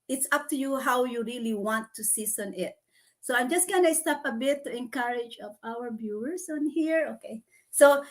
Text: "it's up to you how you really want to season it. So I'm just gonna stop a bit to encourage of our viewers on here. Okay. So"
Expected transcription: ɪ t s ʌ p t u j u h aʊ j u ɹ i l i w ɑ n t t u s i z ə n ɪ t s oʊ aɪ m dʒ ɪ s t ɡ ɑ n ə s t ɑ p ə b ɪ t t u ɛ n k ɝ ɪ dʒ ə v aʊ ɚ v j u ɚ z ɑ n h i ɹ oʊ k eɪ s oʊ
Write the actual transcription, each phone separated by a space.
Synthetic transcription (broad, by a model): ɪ t s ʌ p t u j u h aʊ j u ɹ i l i w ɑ n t t u s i s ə n ɪ t s oʊ aɪ m dʒ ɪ s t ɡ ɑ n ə s t ɑ p ə b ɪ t t u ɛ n k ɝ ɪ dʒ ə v aʊ ɚ b j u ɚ s ɑ n h i ɹ oʊ k eɪ s oʊ